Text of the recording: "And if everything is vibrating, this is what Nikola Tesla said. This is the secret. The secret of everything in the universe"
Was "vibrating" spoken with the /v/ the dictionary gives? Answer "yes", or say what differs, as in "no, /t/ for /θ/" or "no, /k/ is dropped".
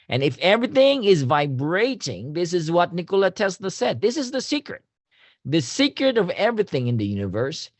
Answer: yes